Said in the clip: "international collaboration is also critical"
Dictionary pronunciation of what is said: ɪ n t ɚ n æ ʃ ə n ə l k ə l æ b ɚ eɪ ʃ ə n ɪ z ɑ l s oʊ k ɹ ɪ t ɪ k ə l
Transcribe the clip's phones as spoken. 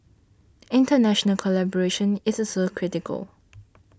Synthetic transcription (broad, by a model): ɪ n t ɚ n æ ʃ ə n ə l k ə l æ b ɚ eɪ ʃ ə n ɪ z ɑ s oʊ k ɹ ɪ t ɪ k ə l